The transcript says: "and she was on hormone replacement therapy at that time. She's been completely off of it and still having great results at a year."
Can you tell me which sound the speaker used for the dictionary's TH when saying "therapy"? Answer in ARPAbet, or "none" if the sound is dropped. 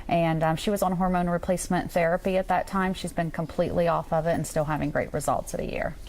TH